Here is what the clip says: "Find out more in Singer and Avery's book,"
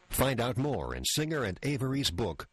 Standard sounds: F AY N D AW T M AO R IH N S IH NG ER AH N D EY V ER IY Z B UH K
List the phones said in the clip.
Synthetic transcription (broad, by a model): F AY N D AW T M AO R IH N S IH NG ER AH N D EY V ER IY Z B UH K